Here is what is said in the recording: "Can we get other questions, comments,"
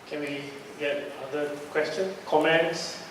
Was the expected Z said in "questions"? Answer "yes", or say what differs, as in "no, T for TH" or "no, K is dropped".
no, Z is dropped